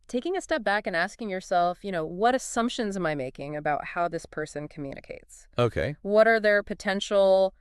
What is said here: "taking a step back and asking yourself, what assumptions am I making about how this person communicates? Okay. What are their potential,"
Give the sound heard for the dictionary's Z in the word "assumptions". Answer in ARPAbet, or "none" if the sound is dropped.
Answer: Z